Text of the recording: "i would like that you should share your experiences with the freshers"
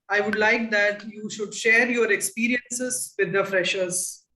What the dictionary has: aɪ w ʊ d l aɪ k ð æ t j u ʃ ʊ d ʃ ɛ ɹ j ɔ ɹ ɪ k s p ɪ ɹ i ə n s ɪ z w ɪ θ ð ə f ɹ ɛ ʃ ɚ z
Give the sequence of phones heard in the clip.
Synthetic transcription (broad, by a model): aɪ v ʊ d l aɪ k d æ t j u ʃ ʊ d ʃ ɛ ɹ j ɔ ɹ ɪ k s p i ɹ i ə n s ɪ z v ɪ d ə f ɹ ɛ ʃ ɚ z